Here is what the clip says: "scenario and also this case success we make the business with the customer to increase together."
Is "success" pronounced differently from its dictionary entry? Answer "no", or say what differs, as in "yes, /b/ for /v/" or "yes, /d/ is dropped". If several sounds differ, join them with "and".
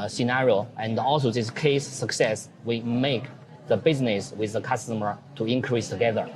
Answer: no